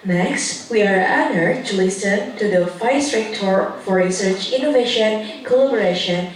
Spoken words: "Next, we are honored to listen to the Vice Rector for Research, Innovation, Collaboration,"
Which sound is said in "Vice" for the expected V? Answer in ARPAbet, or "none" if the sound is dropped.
F